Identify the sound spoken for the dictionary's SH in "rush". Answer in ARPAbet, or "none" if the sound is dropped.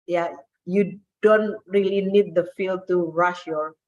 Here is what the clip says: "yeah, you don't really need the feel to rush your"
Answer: SH